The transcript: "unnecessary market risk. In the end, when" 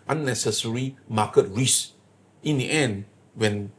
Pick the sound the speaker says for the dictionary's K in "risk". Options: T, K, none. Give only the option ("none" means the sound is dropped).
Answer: none